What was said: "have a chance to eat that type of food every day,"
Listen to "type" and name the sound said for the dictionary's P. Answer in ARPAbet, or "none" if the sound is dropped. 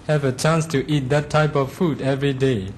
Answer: P